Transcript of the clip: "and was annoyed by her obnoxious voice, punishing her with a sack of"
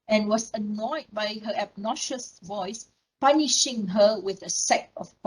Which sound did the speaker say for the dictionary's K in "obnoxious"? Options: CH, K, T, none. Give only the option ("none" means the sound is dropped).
none